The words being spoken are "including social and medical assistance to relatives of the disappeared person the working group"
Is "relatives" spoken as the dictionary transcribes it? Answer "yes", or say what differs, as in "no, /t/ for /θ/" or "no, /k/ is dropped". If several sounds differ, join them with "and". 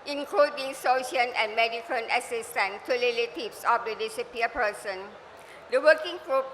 no, /l/ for /ɹ/ and /s/ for /z/